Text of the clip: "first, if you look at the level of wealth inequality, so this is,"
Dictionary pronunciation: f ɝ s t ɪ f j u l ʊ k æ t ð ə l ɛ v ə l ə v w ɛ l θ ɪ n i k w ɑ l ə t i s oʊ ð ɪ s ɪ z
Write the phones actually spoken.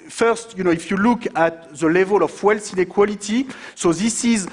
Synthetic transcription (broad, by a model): f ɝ s t ɪ f j u l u k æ t ð ə l ɛ v ə l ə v w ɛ l s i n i k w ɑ l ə t i s oʊ ð ɪ s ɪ z